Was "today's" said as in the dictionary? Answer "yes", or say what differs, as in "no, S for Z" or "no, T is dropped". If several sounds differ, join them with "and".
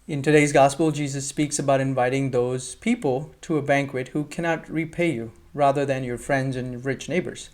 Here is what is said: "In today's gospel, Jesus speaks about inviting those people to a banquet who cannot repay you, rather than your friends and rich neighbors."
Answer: yes